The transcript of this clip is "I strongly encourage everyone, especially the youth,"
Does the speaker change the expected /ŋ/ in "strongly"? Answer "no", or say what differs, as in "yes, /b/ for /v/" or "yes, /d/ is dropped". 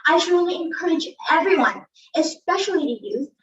yes, /ŋ/ is dropped